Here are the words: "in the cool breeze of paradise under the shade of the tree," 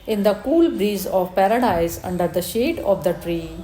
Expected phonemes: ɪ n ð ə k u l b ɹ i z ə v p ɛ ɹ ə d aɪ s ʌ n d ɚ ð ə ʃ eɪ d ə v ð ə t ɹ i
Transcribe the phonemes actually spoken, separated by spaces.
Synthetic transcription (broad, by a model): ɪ n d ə k u l b ɹ i z ə v p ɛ ɹ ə d aɪ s ʌ n d ɚ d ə ʃ eɪ d ə v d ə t ɹ i